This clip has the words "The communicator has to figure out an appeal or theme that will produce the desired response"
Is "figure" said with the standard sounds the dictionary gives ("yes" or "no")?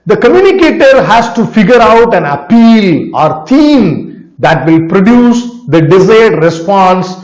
yes